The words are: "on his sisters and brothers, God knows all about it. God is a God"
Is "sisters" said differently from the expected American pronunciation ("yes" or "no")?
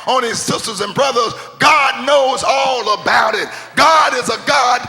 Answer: no